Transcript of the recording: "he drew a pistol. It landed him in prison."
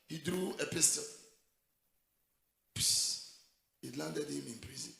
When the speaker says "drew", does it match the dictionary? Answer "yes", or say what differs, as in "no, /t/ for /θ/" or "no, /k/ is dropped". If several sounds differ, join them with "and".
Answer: yes